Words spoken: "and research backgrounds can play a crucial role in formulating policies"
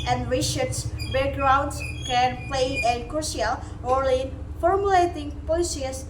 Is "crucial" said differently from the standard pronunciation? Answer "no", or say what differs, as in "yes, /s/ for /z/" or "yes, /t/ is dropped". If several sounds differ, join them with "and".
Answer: yes, /ʃ/ is dropped